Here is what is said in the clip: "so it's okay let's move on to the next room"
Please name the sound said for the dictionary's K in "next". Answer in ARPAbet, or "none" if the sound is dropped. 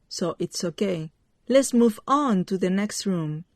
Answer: K